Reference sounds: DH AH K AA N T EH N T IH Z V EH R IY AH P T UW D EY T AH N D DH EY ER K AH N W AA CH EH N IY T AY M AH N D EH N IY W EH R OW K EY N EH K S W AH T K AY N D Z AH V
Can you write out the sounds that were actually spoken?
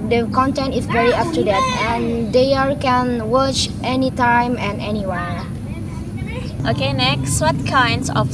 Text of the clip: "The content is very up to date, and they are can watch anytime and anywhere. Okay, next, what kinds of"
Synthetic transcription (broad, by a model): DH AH K AA N T EH N T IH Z V EH R IY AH F T UW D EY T AH N D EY ER K AH N W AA CH EH N IY T AY M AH N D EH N IY W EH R OW K EY N EH K S W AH T K AY N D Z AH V